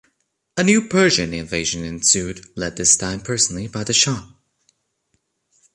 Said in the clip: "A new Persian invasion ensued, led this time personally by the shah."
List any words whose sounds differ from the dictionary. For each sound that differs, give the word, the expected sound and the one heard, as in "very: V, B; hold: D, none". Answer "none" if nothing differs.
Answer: none